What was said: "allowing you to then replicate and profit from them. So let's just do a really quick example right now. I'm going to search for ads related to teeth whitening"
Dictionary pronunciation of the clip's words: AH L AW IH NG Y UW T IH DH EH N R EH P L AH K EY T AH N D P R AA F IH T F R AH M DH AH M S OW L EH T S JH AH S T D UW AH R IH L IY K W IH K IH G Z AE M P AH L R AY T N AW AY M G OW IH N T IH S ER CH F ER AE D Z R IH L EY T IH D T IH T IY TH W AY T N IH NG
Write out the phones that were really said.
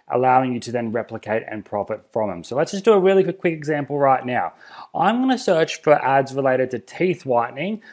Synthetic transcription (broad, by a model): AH L AW IH NG Y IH T IH DH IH N R EH P L AH K EY T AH N P R AA F IH T F R AH M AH M S OW L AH T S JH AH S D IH AH R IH L IY K W IH K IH G Z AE M P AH L R AY T N AW AY M G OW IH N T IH S ER CH F ER AE D Z R IH L EY T IH D T IH T IY TH W AY T N IH NG